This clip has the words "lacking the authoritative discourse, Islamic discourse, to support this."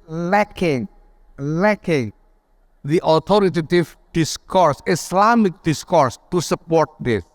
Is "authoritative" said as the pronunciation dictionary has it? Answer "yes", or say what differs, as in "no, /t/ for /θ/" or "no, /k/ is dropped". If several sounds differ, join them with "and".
no, /t/ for /θ/